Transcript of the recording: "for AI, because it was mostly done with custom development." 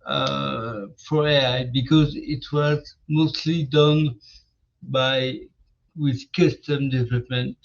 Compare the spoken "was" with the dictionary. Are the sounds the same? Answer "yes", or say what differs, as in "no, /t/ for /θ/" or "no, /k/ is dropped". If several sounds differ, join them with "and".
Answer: yes